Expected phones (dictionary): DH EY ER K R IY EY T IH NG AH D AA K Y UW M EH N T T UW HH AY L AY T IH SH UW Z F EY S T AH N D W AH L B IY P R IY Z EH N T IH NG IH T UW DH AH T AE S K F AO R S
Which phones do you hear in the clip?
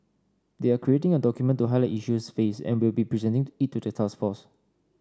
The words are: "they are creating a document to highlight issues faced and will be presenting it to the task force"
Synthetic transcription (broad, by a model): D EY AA K R IY EY T IH NG AH D AA K Y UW M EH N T T UW HH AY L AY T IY SH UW S F EY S AH N W AH L B IY P R IY Z EH N T IH NG IH T UW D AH T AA S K F AO S